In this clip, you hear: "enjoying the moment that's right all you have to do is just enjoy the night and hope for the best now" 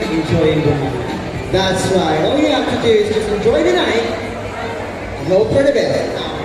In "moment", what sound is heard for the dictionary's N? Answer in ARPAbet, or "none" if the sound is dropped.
none